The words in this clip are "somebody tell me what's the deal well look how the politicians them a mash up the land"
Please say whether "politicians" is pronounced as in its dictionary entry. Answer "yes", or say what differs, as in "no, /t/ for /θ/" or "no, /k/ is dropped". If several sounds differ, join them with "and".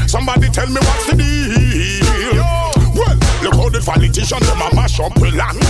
no, /f/ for /p/